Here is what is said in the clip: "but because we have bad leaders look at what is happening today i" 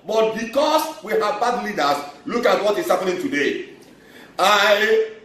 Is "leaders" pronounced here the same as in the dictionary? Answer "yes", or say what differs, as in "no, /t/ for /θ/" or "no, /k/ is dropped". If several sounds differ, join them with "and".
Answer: no, /s/ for /z/